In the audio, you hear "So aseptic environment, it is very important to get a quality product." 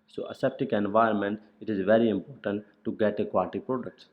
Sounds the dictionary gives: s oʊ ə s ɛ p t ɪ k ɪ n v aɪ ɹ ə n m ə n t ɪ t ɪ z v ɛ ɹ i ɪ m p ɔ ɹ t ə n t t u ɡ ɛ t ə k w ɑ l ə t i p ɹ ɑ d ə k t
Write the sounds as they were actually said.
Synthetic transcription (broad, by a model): s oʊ ə s ɛ p t ɪ k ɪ n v aɪ ə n m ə n t ɪ t ɪ z v ɛ ɹ i ɪ m p ɔ ɹ t ə n t t u ɡ ɛ t ə k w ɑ l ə t i p ɹ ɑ d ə k t